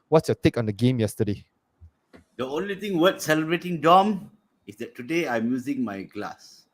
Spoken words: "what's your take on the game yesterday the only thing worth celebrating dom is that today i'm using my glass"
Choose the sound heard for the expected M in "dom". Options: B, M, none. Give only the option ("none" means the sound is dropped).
M